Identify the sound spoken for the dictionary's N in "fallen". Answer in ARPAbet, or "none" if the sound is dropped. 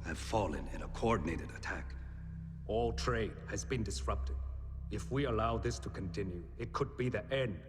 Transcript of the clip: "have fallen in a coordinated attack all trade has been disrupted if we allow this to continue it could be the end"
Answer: N